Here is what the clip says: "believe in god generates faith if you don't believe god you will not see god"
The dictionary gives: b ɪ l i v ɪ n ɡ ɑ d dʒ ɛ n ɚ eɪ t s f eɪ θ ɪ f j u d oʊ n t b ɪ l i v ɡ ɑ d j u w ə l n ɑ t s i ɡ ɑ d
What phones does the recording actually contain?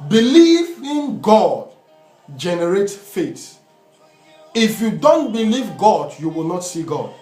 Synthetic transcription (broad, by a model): b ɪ l i v ɪ n ɡ ɑ d dʒ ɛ n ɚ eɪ t f eɪ t ɪ f j u d oʊ n t b ɪ l i v ɡ ɑ d j u w ə l n ɑ t s i ɡ ɑ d